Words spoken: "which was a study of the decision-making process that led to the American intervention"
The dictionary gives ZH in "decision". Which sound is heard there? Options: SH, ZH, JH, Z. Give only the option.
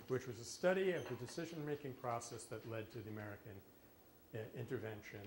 ZH